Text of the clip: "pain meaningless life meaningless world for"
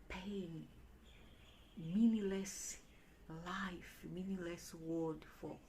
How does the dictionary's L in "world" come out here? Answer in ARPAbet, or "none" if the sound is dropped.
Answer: none